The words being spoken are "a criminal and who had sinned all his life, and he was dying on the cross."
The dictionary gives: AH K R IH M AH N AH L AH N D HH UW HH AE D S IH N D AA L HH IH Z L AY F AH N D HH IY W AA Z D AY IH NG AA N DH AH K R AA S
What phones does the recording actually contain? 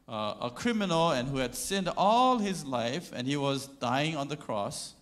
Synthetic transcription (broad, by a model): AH K R IH M AH N AH L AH N HH UW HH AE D S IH N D AA L HH IH Z L AY F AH N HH IY W AA Z D AY IH NG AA N DH AH K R AA S